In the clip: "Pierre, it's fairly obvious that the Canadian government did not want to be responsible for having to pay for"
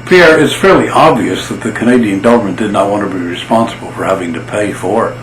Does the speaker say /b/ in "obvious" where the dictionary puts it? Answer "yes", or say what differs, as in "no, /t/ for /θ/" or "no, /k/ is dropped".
yes